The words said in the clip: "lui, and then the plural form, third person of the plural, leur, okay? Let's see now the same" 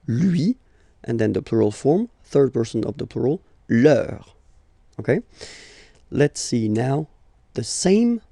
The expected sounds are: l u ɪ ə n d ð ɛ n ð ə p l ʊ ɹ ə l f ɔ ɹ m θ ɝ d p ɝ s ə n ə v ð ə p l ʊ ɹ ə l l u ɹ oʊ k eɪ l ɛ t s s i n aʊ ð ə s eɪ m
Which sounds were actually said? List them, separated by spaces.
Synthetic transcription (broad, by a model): l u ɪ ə n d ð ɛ n ð ə p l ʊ ɹ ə l f ɔ ɹ m θ ɝ d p ɝ s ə n ə v ð ə p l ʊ ɹ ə l l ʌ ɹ oʊ k eɪ l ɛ t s s i n aʊ ð ə s eɪ m